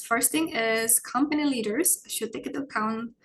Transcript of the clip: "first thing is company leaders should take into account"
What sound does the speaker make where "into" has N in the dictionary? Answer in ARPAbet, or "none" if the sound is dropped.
none